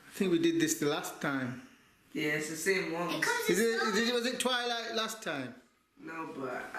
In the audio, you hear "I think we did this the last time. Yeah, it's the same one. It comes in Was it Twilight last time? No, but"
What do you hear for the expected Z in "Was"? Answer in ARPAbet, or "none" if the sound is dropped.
Z